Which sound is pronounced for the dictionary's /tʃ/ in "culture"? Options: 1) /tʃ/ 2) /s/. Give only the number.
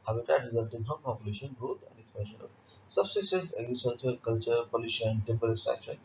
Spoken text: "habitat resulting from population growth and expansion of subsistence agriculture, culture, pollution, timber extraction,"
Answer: 1